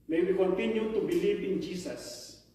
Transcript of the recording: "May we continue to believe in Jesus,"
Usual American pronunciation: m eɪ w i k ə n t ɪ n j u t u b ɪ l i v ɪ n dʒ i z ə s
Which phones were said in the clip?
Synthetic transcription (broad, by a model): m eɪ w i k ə n t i n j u t u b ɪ l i p ɪ n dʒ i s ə s